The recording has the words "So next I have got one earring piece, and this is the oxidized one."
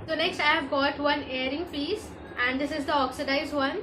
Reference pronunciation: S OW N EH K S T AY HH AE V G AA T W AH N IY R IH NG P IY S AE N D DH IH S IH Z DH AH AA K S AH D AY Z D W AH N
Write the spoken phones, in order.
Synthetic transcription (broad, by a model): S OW N EH K S T AY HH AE V G AA T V AH N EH R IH NG F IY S AE N D IH S IH Z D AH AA K S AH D AY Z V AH N